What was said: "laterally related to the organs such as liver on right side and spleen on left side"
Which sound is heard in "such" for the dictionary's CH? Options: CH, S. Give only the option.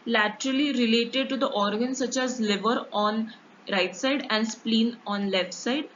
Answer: CH